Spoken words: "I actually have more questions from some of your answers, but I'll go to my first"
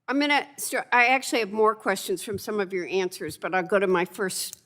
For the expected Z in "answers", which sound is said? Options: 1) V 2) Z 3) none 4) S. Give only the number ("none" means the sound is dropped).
2